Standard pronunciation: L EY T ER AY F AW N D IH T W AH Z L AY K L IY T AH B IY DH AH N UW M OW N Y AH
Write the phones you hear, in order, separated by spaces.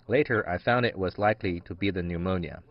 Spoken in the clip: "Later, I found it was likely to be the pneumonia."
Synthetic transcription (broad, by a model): L EY T ER AY F AW N D IH T W AH Z L AY K L IY T AH B IY DH AH N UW M OW N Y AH